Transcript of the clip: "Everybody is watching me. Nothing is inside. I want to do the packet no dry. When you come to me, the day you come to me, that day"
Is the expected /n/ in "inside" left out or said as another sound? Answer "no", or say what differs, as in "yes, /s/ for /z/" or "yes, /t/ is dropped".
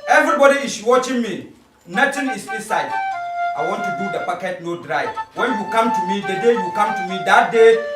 yes, /n/ is dropped